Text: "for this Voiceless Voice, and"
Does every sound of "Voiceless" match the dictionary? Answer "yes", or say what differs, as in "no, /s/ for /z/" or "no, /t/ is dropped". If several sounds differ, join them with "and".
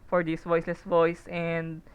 yes